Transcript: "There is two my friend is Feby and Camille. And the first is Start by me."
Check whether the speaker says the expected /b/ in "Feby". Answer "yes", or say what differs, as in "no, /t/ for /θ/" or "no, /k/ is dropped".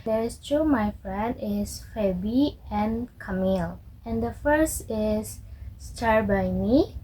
yes